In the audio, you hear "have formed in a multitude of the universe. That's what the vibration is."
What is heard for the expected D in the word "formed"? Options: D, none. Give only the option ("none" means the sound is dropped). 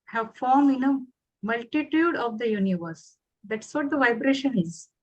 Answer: none